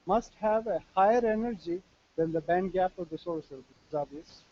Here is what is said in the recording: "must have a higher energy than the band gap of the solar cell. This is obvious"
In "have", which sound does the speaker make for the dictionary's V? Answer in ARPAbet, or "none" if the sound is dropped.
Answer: V